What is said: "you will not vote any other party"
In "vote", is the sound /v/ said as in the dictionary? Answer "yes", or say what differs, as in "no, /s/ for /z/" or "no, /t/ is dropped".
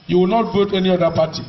no, /b/ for /v/